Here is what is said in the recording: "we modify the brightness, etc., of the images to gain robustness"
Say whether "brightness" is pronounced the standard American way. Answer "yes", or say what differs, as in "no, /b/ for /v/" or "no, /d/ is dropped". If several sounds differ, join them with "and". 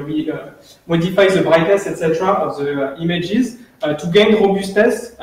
no, /n/ is dropped